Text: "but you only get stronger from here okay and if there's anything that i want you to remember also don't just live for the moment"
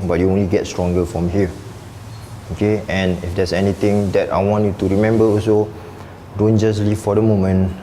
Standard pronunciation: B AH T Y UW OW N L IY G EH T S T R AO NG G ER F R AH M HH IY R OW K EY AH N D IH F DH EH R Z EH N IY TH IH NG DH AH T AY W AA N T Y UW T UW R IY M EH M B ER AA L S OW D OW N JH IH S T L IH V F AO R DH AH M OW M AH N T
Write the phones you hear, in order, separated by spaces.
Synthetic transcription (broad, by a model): B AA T Y UW OW N L IY G EH T S T R AO NG G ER F R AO M HH IY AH OW K EY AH N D IH F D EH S EH N IY T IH NG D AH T AY W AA N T Y UW T UW R IY M EH M B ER AA L S OW D OW N JH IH S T L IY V F AO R AH M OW M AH N